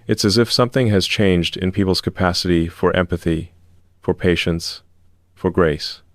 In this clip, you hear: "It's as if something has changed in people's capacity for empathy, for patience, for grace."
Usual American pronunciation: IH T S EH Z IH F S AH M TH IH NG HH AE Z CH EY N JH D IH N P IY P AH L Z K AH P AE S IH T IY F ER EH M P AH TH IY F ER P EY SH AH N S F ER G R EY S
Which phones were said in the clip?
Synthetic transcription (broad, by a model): IH T S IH Z IH F S AH M TH IH NG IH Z CH EY N JH D IH N P IY P L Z K AH P AE S IH T IY F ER EH M P AH TH IY F ER P EY SH AH N S F ER G R EY S